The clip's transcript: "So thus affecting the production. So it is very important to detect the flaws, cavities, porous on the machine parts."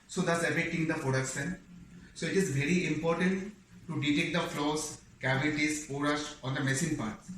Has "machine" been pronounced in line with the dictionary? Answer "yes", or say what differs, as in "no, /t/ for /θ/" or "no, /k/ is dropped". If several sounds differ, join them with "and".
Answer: no, /s/ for /ʃ/